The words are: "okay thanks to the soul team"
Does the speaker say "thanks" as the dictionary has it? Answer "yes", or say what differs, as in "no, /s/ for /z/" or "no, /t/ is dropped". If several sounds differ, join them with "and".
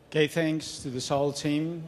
yes